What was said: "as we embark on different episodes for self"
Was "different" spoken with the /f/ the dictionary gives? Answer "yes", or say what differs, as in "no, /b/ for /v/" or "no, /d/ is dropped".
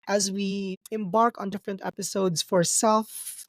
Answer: yes